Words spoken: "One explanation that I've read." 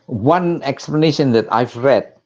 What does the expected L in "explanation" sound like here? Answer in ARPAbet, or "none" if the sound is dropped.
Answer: L